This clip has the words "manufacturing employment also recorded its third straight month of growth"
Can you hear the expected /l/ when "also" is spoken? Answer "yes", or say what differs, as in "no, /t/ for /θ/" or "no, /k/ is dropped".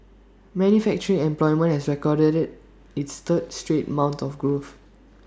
no, /l/ is dropped